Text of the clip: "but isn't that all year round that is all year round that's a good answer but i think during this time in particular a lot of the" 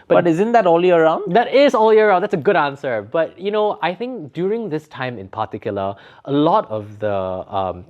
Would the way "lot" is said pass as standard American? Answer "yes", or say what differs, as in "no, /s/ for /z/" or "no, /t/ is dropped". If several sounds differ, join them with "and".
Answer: yes